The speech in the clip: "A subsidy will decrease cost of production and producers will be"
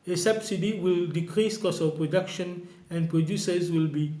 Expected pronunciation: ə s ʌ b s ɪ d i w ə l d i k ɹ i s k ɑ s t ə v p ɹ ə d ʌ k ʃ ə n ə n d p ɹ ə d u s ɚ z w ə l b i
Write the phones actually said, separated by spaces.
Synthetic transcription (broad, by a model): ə s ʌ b s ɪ d i w ə l d i k ɹ i s k ɑ s ə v p ɹ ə d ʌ k ʃ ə n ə n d p ɹ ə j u s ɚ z w ə l b i